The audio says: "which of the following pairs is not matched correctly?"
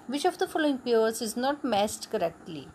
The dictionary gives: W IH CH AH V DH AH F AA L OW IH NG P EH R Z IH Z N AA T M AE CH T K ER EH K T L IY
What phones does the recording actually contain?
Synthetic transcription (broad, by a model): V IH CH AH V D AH F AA L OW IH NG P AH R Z IH Z N AA T M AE S T K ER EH K T L IY